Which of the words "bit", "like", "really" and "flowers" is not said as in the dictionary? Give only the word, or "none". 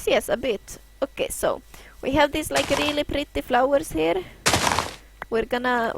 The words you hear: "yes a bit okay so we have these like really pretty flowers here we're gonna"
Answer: flowers